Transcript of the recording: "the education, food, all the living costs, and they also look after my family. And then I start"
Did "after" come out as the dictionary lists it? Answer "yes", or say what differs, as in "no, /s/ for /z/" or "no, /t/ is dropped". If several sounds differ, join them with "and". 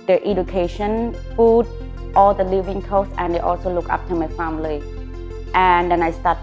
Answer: no, /p/ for /f/